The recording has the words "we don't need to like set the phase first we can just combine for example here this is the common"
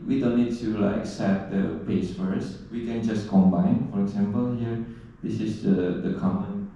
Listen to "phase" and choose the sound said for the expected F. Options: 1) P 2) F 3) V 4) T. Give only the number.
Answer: 1